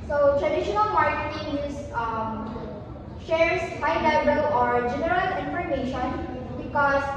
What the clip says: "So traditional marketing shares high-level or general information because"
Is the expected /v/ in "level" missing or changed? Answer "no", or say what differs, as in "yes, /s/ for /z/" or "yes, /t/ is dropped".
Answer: yes, /b/ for /v/